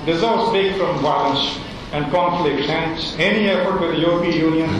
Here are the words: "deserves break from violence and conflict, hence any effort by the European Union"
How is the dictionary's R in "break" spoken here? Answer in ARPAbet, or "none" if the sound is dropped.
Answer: none